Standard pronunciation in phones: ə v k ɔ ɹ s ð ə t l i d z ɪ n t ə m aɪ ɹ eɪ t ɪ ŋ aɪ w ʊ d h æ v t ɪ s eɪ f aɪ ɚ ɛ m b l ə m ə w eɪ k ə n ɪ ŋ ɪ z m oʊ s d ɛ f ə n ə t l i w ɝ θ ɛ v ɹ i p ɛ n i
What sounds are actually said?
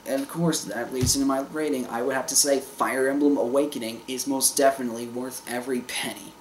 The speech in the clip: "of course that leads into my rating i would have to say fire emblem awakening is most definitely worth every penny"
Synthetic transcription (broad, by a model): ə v k ɔ ɹ s ð ə t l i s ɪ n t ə m aɪ ɹ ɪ t ɪ ŋ aɪ w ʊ d h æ f t ɪ s eɪ f aɪ ɚ ɛ m b l ə m ə w eɪ k ə n ɪ ŋ ɪ z m oʊ s d ɛ f ə n ə t l i w ɝ θ ɛ v ɹ i p ɛ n i